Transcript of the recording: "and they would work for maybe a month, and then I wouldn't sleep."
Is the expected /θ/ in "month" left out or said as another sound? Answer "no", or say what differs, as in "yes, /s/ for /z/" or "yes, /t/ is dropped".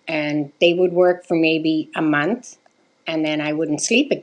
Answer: no